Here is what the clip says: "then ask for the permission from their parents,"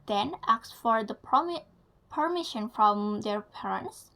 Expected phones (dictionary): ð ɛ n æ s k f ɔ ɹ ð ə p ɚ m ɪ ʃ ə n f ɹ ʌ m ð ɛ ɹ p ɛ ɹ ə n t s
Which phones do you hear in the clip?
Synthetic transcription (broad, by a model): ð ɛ n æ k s f ɔ ɹ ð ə p ɚ m ɪ ʃ ə n f ɹ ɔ m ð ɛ ɹ p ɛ ɹ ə n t s